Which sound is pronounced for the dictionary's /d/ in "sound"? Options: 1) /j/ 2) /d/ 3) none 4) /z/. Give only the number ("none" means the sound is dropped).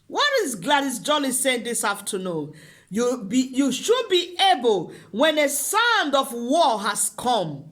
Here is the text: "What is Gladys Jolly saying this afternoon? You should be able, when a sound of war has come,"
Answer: 2